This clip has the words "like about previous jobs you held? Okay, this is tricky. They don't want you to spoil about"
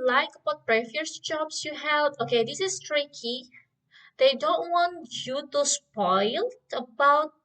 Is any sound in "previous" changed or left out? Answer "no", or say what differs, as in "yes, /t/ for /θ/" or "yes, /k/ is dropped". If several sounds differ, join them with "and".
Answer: yes, /f/ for /v/